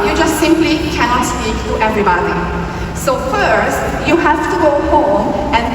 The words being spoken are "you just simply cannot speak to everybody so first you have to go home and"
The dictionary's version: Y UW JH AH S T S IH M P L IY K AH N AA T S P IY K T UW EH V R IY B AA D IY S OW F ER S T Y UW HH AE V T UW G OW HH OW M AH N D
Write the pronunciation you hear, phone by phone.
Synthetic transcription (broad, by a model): Y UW JH AH S T S IH M P L IY K AH N AA T S P IY K T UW EH V R IY B AA D IY S OW F ER S T Y UW HH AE F T UW G OW HH OW M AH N